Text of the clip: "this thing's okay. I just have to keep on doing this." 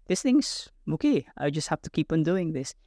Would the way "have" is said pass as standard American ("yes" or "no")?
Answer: no